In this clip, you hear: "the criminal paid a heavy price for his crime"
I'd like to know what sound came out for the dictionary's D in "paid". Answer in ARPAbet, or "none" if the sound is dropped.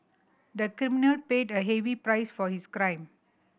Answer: D